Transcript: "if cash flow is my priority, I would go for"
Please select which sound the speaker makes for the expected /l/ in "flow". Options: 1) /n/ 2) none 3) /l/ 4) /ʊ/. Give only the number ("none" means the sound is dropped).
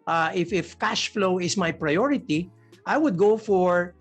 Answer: 3